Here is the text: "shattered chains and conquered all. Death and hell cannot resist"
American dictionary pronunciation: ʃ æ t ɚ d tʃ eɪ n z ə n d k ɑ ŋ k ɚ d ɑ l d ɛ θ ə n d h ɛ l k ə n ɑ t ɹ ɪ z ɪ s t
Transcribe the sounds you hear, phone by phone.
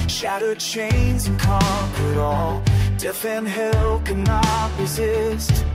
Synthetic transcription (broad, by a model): ʃ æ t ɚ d tʃ eɪ n z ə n k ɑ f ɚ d ɑ l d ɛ f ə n h ɛ l k ə n ɑ t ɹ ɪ z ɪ s t